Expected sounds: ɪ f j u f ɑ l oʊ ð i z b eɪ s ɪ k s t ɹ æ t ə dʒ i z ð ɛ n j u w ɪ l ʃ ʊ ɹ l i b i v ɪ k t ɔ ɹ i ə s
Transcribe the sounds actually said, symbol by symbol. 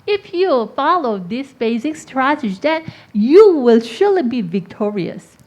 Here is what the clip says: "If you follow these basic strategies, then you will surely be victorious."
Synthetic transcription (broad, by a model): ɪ f j u f ɑ l oʊ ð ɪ s b eɪ s ɪ k s t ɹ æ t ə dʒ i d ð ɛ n j u w ɪ l ʃ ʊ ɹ l i b i v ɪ k t ɔ ɹ i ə s